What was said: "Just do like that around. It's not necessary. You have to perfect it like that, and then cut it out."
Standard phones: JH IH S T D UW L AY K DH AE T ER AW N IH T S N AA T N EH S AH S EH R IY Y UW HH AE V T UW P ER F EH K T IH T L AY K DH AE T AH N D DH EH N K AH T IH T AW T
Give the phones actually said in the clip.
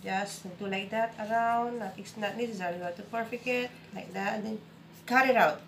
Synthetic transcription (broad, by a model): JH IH S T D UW L AY K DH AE T ER AW N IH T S N AA T N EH S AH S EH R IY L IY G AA T UW P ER F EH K IH T L AY K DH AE T AH N D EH N K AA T IH T AW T